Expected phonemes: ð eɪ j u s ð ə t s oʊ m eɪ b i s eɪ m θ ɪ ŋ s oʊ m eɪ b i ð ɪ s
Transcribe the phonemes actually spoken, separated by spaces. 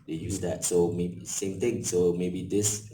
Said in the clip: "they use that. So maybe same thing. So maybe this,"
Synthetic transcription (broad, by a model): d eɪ j u s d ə t s oʊ m eɪ b i s eɪ m t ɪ ŋ s oʊ m eɪ b i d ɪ s